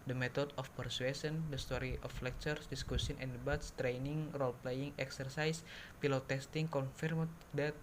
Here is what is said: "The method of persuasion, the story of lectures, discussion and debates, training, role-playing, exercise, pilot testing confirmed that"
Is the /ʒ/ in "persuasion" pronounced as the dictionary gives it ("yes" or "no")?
no